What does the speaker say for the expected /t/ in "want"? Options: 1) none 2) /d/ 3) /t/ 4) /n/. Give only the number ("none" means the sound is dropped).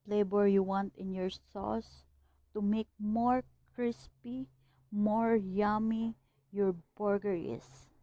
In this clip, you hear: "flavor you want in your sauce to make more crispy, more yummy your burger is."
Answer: 3